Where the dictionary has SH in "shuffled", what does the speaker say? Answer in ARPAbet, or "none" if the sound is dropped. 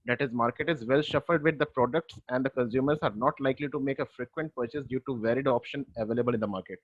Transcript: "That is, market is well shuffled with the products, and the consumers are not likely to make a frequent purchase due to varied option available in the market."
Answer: SH